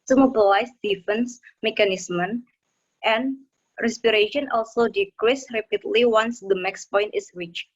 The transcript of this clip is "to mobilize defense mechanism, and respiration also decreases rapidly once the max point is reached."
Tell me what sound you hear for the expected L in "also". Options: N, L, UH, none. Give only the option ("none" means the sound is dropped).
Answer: L